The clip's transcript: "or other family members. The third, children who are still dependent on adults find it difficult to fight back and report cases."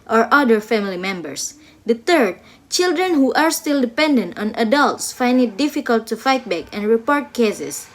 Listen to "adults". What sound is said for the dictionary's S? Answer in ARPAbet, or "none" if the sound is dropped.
S